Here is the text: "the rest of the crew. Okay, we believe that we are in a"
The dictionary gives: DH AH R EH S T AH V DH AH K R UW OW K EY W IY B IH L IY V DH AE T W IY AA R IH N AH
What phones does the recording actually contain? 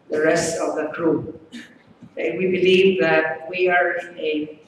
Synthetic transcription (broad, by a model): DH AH R EH S T AH V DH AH K R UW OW IH W IY B IH L IY V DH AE T W IY AA R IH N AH